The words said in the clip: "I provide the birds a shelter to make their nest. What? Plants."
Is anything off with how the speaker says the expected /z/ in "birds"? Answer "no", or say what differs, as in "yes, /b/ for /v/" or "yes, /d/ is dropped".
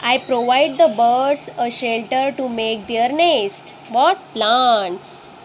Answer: yes, /s/ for /z/